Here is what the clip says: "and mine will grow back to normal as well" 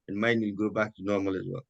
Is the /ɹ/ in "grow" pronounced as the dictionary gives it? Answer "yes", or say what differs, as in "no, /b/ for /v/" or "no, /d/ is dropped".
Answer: no, /ɹ/ is dropped